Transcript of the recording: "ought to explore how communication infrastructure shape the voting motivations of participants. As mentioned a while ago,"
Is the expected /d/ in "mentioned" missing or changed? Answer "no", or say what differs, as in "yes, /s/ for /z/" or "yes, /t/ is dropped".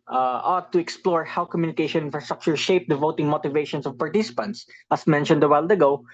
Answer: no